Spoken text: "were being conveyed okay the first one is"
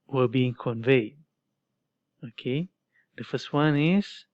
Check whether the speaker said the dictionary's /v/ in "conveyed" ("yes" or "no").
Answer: yes